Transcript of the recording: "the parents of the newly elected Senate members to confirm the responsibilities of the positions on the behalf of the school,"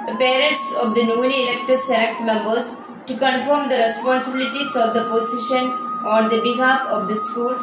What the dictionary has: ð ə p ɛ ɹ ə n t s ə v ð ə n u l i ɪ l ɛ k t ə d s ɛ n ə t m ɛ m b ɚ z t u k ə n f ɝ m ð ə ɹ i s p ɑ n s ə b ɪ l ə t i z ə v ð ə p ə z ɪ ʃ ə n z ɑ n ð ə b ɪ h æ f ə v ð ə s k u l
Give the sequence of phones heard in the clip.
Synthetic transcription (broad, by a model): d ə p ɛ ɹ ə n t s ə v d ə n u n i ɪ l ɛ k t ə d s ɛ l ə t m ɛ m b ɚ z t u k ə n f ɝ m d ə ɹ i s p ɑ n s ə b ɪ l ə t i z ə v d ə p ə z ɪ ʃ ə n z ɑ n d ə b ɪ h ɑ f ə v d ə s k u l